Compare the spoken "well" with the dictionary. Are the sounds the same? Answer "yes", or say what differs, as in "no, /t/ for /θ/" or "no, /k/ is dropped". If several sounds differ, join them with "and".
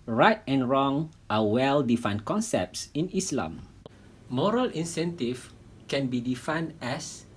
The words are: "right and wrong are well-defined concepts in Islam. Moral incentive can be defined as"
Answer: yes